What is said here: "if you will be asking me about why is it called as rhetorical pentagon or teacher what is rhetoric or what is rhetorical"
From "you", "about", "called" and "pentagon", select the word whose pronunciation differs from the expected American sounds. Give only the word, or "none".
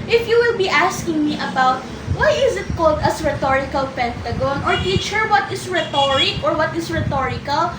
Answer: none